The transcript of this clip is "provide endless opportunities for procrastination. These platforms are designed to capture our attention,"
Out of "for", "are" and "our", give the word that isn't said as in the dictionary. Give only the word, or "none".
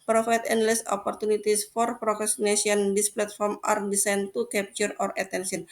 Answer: none